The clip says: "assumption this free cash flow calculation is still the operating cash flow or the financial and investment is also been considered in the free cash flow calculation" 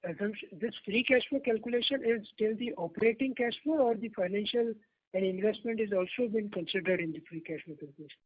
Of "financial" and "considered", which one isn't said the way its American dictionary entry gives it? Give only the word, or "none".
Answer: none